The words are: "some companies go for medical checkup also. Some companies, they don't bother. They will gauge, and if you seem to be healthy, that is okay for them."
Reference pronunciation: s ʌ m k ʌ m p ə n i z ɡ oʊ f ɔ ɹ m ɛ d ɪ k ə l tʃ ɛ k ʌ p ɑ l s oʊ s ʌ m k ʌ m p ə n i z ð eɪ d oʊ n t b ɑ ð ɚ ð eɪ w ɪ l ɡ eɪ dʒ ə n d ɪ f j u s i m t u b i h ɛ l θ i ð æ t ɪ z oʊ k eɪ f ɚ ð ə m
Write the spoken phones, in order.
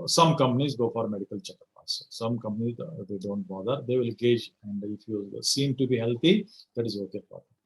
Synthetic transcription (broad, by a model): s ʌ m k ʌ m p ə n i z ɡ oʊ f ɔ ɹ m ɛ d ɪ k ə l tʃ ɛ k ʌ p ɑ s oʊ s ʌ m k ʌ m p ə n i z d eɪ d oʊ n t b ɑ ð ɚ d eɪ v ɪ l ɡ eɪ dʒ ə n d ɪ f j u s i m t u b i h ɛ l t i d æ t ɪ z oʊ k eɪ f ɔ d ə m